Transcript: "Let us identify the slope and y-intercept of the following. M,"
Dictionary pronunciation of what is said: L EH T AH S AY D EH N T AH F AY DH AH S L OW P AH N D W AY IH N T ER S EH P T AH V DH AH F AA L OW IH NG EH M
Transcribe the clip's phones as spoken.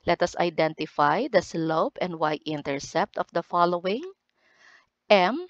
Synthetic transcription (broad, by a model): L EH T AH S AY D EH N T AH F AY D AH S L OW P AH N D W AY IH N T ER S EH P T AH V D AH F AA L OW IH NG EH M